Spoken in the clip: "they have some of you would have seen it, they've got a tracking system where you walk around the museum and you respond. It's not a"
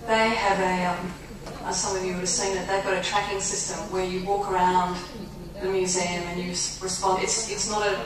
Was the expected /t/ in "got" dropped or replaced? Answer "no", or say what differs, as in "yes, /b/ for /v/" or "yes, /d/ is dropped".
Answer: no